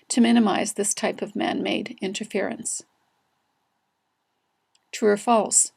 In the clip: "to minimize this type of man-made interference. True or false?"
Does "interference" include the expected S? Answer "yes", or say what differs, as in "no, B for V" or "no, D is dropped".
yes